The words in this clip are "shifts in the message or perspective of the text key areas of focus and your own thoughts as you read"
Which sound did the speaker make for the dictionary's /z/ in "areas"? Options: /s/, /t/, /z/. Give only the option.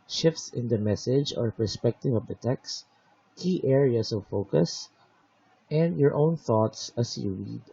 /s/